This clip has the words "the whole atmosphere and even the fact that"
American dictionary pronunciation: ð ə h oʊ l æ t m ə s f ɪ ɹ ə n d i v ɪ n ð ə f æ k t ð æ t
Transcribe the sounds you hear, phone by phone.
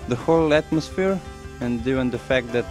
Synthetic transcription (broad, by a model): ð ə h oʊ l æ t m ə s f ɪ ɹ ə n d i ɪ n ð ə f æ k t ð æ t